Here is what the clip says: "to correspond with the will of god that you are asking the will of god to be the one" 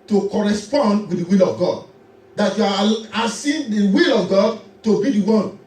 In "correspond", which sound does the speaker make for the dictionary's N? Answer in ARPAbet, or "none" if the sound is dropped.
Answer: N